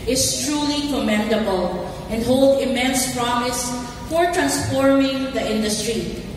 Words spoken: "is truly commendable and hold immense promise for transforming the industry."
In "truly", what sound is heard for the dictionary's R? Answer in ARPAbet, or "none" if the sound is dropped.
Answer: R